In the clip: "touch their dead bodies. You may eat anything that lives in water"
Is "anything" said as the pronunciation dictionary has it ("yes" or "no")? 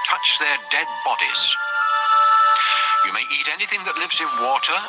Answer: yes